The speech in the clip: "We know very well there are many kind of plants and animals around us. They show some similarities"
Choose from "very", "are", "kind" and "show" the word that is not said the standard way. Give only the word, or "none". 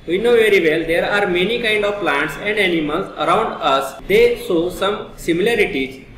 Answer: show